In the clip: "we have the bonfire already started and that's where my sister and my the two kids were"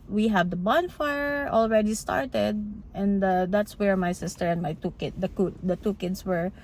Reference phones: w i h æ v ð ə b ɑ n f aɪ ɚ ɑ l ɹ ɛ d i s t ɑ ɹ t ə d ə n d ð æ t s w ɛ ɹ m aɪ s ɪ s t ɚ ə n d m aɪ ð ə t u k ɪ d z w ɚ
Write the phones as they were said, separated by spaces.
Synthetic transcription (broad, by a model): w i h æ v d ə b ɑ n f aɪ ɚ ɑ l ɹ ɛ d i s t ɑ ɹ t ə d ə n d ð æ t s w ɛ ɹ m aɪ s ɪ s t ɚ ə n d m aɪ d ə t u k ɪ d s w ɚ